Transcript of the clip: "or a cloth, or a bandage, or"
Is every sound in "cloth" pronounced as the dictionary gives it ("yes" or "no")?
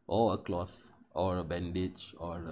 yes